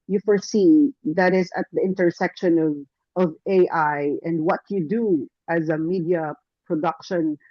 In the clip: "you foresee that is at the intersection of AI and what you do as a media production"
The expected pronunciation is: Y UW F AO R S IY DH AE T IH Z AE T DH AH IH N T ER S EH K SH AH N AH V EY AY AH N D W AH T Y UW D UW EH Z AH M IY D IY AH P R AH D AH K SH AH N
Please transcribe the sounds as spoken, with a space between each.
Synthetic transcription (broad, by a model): Y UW F AO R S IY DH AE T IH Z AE T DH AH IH N T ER S EH K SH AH N AH V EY AY AH N D W AH T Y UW D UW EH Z AH M IY D IY AH P R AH D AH K SH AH N